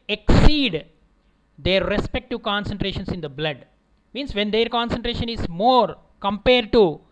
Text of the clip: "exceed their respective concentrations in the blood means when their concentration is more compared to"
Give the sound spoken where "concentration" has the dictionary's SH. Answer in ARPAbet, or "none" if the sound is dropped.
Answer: SH